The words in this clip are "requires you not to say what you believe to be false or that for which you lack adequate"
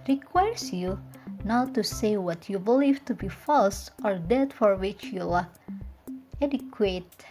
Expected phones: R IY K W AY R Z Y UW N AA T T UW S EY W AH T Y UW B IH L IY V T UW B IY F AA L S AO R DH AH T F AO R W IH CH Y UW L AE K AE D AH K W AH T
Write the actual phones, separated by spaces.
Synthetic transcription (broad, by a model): R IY K W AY R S Y UW N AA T T UW S EY W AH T Y UW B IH L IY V T UW B IY F AA L S AO R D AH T F AO R W IH CH Y UW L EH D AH K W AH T